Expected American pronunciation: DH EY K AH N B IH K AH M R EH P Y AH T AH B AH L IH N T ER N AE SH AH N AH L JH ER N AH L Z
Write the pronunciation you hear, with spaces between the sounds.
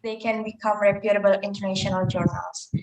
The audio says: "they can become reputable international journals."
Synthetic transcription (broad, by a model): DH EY K AH N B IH K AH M R EH P Y AH T AH B AH L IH N T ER N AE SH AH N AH L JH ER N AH L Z